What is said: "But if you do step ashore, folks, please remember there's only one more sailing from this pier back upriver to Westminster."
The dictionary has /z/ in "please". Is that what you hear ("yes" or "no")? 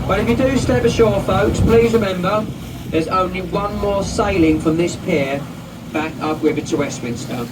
yes